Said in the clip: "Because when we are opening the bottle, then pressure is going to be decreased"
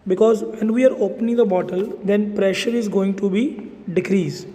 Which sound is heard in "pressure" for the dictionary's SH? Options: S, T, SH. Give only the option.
SH